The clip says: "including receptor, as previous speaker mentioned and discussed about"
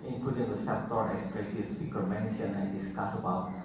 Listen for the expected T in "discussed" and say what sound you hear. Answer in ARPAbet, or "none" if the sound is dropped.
none